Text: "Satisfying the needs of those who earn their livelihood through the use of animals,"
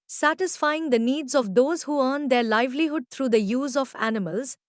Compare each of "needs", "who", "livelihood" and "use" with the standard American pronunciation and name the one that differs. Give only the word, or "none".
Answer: none